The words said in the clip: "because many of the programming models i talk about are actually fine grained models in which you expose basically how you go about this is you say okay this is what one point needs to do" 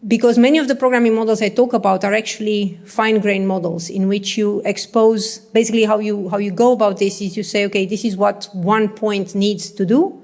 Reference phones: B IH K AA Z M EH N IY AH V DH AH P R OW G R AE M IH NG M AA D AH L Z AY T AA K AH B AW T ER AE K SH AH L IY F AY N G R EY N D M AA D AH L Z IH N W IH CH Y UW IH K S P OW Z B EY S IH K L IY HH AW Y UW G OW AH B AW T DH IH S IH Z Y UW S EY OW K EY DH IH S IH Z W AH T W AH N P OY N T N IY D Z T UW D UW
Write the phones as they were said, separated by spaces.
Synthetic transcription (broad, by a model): B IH K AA Z M EH N IY AH V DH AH P R OW G R AE M IH NG M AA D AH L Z AY T AA K AH B AW T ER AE K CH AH L IY F AY N G R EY N M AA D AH L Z IH N W IH CH Y UW IH K S P OW Z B EY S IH K L IY HH AW Y UW G OW AH B AW T DH IH S IH Z Y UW S EY OW K EY DH IH S IH Z W AH T W AH N P OY N T N IY D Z T UW D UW